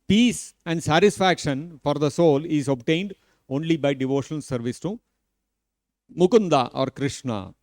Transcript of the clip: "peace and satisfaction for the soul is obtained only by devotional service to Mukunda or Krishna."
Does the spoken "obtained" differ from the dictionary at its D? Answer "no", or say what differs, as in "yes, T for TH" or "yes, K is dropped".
no